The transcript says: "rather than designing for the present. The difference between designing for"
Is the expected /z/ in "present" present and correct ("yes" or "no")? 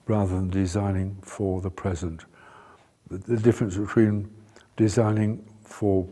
yes